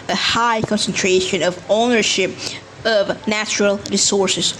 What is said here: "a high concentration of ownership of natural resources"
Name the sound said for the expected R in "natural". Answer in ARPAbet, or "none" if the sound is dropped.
R